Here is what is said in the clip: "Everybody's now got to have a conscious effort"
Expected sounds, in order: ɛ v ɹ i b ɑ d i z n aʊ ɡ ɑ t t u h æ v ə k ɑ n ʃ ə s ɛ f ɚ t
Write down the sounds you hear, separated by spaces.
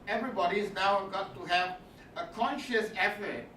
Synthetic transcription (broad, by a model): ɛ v ɹ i b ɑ d i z n aʊ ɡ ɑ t t u h æ v ə k ɑ n ʃ ə s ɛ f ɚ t